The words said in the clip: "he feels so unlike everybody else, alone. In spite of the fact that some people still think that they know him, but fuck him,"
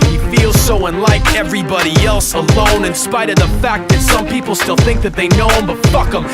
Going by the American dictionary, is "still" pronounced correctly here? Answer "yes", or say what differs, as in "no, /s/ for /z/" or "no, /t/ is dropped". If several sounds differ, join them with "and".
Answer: yes